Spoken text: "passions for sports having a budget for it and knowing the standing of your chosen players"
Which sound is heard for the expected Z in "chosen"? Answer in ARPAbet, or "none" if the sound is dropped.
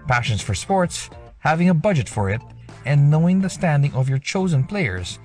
Z